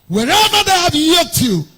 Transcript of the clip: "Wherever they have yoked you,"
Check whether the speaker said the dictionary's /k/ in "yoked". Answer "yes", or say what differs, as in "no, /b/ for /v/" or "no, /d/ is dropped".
no, /k/ is dropped